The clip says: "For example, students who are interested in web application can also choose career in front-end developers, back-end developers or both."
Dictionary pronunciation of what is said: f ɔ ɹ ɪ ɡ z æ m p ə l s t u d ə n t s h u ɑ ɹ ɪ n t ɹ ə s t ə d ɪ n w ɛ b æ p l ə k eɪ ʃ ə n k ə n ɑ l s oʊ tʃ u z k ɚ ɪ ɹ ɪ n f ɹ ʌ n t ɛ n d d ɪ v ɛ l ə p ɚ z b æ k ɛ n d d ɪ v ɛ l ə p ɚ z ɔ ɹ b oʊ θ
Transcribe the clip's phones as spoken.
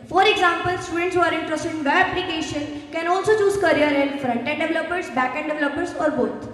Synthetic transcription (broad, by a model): f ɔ ɹ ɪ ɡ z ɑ m p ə l s t u d ə n t s h u ɑ ɹ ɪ n t ɹ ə s t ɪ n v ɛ æ p l ə k eɪ ʃ ə n k ə n ɑ l s oʊ tʃ u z k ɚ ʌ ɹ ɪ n f ɹ ʌ n t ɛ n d d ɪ v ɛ l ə p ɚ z b æ k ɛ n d d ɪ v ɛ l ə p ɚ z ɔ ɹ b oʊ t